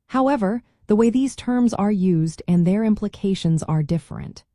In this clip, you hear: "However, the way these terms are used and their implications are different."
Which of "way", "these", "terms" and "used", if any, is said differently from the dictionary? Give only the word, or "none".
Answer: none